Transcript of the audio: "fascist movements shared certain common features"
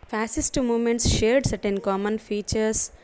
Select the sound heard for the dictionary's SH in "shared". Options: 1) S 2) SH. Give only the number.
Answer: 2